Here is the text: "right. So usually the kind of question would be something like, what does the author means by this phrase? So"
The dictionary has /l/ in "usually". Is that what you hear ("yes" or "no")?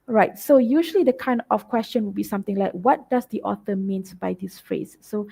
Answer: yes